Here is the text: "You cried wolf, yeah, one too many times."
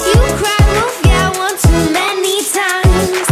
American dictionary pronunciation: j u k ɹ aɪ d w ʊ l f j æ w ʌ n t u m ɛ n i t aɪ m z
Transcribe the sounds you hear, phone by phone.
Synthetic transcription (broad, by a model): j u k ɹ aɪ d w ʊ f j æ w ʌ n t u m ɛ n i t aɪ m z